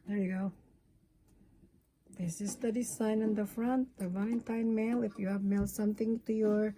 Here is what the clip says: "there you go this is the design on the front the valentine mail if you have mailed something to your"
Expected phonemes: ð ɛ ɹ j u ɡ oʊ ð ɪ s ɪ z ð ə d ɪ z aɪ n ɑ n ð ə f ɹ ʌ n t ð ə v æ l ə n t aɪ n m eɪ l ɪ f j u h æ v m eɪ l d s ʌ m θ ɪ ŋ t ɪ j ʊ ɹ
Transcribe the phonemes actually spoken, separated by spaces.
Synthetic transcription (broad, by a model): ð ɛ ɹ j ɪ ɡ oʊ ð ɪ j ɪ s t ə d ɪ s aɪ n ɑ n ð ə f ɹ ʌ n t ð ə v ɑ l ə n t aɪ n m eɪ l ɪ f j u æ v m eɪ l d s ʌ m θ ɪ ŋ t ɪ j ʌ ɹ